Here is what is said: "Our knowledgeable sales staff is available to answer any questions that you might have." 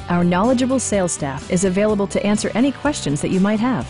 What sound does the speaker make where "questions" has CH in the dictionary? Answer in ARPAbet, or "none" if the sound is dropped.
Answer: CH